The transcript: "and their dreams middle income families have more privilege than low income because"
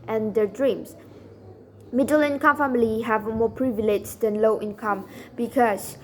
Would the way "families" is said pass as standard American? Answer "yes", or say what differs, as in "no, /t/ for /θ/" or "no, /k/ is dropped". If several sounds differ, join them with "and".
no, /z/ is dropped